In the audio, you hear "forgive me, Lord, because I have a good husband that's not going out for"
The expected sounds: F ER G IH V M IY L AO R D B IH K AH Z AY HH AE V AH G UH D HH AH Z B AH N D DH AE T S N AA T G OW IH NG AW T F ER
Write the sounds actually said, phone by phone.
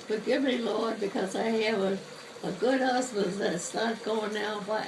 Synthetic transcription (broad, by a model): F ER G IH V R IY L AO R D B IH K AH Z AY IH V AH G UH D HH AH S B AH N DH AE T S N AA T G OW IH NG AW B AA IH